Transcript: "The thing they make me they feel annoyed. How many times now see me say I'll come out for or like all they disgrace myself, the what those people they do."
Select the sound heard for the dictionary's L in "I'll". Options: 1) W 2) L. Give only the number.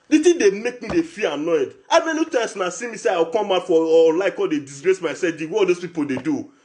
1